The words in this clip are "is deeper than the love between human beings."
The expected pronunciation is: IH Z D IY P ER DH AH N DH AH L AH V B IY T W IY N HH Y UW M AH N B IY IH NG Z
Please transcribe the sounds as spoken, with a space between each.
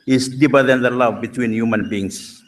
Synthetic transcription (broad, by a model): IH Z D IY B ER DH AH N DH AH L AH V B IY T W IY N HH Y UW M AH N B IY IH NG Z